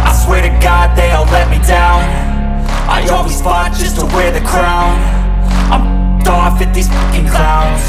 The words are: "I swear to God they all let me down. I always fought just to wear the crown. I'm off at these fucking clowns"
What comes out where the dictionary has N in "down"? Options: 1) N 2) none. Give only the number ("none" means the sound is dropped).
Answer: 1